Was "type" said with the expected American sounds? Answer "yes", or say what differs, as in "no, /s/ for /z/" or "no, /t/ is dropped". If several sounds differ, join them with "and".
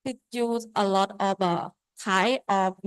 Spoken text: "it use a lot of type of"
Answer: no, /p/ is dropped